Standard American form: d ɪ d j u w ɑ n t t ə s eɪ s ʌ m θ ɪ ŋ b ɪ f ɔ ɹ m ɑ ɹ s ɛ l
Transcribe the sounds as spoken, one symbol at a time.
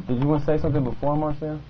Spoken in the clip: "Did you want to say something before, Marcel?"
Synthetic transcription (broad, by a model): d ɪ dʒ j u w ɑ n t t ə s eɪ s ʌ m θ ɪ ŋ b ɪ f ɔ ɹ m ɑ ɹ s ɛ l